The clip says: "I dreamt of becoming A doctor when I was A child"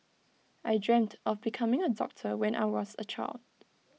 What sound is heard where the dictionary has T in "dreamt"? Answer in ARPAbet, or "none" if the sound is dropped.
T